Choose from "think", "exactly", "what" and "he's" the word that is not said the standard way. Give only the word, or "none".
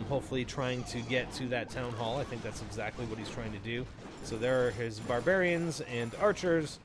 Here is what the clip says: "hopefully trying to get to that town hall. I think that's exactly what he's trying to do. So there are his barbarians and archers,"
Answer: none